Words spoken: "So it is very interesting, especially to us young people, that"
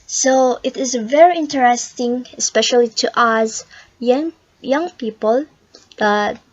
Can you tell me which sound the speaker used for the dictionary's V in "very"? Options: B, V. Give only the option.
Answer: V